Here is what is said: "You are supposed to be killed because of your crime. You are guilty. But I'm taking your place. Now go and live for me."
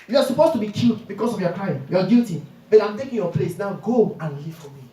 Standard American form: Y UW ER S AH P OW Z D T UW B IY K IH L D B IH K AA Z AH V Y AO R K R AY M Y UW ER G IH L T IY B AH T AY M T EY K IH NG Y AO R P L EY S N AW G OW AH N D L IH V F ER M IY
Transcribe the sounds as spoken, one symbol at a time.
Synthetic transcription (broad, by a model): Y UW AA S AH P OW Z T UW B IY K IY L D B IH K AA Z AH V Y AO K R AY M Y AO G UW T IY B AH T AY M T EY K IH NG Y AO P L EY S N AW G OW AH N L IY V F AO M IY